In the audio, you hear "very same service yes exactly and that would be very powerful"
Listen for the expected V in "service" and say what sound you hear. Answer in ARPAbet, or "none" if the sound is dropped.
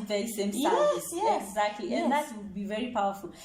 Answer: none